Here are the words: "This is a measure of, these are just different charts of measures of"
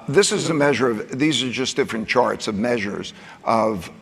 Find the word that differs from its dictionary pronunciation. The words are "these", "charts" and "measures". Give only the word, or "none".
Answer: none